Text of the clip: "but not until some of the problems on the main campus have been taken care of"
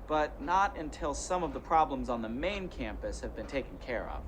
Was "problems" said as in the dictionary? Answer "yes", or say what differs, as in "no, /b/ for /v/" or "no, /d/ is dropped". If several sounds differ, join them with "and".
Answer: yes